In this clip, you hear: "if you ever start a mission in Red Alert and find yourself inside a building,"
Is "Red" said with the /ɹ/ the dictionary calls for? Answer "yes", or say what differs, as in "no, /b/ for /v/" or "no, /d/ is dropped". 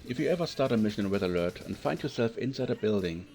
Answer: no, /w/ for /ɹ/